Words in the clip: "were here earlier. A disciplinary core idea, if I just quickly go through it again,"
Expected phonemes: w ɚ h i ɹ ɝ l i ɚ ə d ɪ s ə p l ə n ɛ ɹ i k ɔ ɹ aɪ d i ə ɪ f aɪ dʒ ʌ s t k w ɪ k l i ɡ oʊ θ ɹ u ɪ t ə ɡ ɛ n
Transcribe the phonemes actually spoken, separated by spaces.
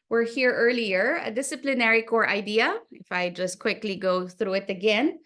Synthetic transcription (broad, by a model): w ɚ h i ɹ ɝ l i ɚ ə d ɪ s ə p l ə n ɛ ɹ i k ɔ ɹ aɪ d i ə ɪ f aɪ dʒ ʌ s t k w ɪ k l i ɡ oʊ θ ɹ u ɪ t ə ɡ ɛ n